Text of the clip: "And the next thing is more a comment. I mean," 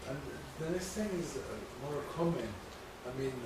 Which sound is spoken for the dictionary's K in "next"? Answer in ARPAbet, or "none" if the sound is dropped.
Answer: none